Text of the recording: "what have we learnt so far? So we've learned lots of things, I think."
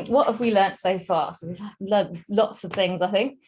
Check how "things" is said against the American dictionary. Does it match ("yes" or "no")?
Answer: yes